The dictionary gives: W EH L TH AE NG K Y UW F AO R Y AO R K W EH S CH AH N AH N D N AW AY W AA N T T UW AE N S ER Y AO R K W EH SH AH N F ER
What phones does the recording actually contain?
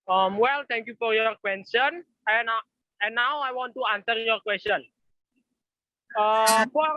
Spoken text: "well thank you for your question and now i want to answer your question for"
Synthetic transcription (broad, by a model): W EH L T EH NG K Y UW F AO R Y AO R K W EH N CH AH N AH N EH N AW AY W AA N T T UW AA N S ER Y AO R K W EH S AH N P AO